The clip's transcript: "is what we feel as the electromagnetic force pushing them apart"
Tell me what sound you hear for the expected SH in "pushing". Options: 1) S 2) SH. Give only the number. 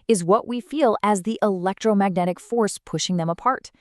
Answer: 2